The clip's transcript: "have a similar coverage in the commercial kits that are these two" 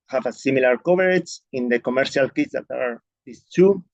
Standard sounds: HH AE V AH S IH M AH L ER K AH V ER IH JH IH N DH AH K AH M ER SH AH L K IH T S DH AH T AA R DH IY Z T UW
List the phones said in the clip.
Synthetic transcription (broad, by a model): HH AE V AH S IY M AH L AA K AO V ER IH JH IH N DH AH K AH M ER SH AH L K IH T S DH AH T AA R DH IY S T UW